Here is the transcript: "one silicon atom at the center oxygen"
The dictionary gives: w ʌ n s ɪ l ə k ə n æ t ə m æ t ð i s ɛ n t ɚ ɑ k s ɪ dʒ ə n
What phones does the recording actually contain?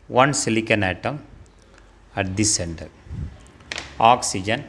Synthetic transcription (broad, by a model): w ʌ n s ɪ l ə k ə n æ t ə m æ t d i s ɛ n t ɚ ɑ k s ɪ dʒ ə n